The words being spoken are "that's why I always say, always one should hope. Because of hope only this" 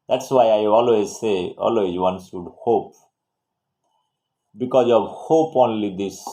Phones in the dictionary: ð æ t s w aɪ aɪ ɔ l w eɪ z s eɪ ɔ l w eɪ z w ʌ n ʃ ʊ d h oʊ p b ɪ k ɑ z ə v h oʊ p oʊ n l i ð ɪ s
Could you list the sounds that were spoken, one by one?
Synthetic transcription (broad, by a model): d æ t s w aɪ aɪ ɔ l w eɪ z s eɪ ɔ l w eɪ z w ʌ n s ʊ d h oʊ p b ɪ k ɑ z ə v h oʊ p oʊ n l i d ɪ s